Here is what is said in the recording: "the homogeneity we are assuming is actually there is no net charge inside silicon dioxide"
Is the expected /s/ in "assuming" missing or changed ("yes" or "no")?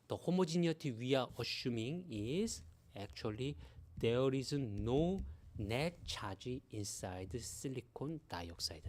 yes